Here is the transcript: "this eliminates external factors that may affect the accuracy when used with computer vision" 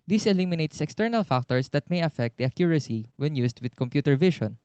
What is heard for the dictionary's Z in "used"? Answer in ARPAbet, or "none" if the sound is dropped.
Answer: S